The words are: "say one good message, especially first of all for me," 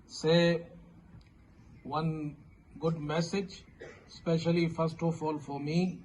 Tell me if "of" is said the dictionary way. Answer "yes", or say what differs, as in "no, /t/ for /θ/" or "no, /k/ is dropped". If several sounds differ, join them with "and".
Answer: no, /f/ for /v/